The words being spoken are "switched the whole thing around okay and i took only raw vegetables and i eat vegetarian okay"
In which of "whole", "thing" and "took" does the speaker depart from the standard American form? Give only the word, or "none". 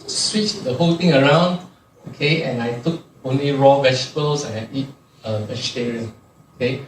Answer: thing